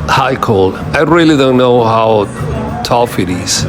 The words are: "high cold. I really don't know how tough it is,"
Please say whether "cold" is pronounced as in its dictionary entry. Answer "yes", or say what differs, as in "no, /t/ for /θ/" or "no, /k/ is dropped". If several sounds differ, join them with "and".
no, /d/ is dropped